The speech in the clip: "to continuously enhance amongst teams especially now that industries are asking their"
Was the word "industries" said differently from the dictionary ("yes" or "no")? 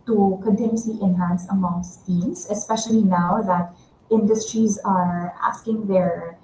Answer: no